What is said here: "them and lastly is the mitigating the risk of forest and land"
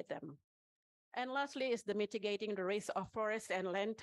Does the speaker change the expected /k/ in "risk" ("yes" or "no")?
yes